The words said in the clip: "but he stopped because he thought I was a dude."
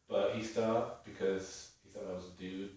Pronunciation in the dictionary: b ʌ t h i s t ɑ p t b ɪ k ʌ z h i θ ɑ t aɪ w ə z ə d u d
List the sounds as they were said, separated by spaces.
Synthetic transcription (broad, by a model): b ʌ t h i s t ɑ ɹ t b ɪ k ʌ z h i θ ɑ t aɪ w ə z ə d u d